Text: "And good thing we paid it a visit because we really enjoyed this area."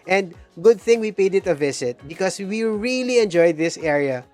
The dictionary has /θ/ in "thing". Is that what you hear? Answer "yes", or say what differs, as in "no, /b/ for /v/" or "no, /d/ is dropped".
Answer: yes